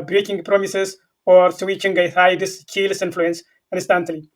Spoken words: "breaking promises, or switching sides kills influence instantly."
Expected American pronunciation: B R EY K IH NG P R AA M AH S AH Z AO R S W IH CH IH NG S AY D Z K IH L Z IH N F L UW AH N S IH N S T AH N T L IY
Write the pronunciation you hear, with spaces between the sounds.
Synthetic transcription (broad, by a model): B R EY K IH NG P R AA M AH S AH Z AO R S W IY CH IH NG TH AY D S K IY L S IH N F L UW AH N S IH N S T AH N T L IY